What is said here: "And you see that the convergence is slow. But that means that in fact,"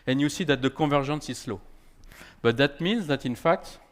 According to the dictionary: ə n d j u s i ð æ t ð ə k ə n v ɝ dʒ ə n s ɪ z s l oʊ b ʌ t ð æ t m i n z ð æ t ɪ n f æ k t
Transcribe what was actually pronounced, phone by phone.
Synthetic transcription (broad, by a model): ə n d j u s i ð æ t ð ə k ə v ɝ ʒ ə n s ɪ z s l oʊ b ʌ t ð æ t m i n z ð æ t ɪ n f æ k t